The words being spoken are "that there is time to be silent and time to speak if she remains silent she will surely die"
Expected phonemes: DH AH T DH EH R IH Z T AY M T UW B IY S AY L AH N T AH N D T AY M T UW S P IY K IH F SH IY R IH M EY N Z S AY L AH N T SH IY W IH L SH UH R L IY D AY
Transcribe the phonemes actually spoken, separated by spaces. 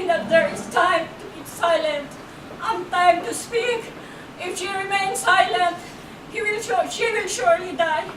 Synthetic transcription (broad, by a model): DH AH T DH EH R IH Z T AY M T UW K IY S AY L AH N T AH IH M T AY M T UW S P IY K IH F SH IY R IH M EY N S AY L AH N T SH IY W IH L SH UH R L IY D AY